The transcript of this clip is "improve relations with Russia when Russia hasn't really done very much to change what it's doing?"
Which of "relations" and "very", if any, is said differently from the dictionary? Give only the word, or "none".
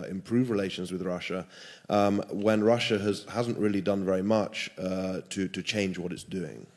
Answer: none